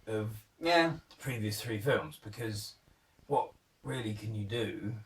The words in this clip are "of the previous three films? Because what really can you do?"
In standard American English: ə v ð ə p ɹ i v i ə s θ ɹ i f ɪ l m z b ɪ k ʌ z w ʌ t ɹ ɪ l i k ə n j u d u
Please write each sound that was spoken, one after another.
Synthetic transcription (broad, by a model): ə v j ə p ɹ i v i ə s θ ɹ i f ɪ l m z b ɪ k ʌ z w ʌ t ɹ ɪ l i k ə n j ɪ d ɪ